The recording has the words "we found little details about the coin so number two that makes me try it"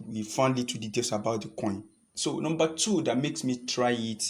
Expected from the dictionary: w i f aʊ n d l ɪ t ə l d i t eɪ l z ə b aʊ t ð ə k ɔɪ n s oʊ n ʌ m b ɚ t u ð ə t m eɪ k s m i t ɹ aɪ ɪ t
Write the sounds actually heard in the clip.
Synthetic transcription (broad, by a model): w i f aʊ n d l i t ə d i t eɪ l s ə b aʊ t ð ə k ɔɪ n s oʊ n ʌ m b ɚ t u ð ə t m eɪ k s m i t ɹ aɪ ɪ t